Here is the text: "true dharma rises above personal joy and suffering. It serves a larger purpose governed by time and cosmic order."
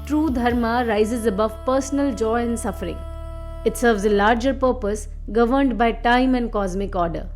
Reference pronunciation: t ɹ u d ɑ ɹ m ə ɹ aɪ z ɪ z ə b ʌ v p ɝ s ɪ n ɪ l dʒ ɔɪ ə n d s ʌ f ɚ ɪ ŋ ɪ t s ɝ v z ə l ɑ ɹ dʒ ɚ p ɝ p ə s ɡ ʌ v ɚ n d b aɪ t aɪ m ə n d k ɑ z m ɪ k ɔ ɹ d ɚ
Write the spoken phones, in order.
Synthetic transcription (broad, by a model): t ɹ u d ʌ ɹ m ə ɹ aɪ z ɪ z ə b ʌ v p ɝ s ɪ n ɪ l dʒ ɔɪ ə n d s ʌ f ɚ ɪ ŋ ɪ t s ɝ v z ə l ɑ ɹ dʒ ɚ p ɝ p ə s ɡ ʌ v ɚ n d b aɪ t aɪ m ə n d k ɑ z m ɪ k ɔ ɹ d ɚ